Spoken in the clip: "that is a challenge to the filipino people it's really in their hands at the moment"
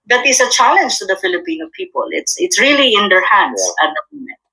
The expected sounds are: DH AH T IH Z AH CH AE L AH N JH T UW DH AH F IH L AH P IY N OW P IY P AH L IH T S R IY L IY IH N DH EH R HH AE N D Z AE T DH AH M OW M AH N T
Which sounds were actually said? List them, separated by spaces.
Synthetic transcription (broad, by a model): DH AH T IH S AH CH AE L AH N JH T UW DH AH F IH L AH P IY N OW P IY P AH L IH T S R IY L IY IH N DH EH R HH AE N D S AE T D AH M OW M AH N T